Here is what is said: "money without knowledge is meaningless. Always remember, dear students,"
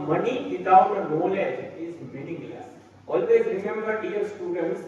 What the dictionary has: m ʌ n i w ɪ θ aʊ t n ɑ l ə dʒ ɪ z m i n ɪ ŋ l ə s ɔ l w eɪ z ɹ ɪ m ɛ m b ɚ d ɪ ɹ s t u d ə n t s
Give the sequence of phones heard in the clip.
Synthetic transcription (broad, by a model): m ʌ n i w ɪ t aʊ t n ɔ l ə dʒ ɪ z m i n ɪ ŋ l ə s ɔ l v eɪ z ɹ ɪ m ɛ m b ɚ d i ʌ s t u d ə n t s